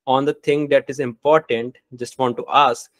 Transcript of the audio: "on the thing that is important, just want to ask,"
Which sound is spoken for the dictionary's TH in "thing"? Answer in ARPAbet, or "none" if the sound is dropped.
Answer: T